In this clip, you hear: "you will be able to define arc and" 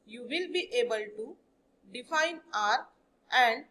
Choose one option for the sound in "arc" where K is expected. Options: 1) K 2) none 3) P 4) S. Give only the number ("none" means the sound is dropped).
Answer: 2